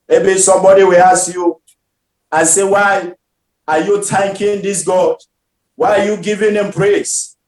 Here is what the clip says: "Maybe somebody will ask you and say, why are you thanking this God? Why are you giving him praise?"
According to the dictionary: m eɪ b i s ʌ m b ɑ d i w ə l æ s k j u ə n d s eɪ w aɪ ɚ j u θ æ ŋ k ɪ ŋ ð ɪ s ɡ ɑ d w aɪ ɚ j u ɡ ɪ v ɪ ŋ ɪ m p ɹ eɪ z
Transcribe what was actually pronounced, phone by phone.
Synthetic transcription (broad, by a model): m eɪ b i s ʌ m b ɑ d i w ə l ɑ s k j u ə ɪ s eɪ w aɪ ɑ j u t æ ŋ k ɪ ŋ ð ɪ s ɡ ɑ d w aɪ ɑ j u ɡ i v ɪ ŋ ɪ m p ɹ eɪ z